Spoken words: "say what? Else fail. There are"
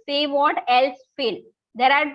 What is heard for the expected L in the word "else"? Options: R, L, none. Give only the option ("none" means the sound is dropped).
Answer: L